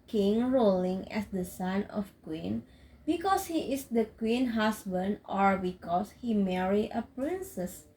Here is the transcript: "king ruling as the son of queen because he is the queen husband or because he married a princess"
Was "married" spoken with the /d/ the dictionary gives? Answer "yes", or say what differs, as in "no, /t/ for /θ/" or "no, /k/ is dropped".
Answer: no, /d/ is dropped